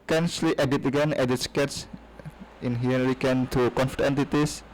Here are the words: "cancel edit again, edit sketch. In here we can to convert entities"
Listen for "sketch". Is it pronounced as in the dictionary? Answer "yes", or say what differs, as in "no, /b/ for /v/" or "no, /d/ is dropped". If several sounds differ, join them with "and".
no, /s/ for /tʃ/